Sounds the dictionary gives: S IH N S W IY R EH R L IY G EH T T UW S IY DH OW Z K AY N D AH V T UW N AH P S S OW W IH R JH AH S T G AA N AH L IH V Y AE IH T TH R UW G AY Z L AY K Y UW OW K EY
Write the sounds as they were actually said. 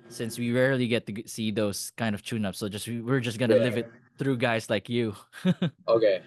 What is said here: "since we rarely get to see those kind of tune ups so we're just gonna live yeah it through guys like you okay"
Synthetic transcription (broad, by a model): S IH N S W IY R EH R L IY G EH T T UW S IY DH OW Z K AY N D AH V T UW N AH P S S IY W IH R JH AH S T G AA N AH L IH V IH T TH R UW G AY S L AY K Y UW OW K EY